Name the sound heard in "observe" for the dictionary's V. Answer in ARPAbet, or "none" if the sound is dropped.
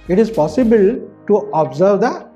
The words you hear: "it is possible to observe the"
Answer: V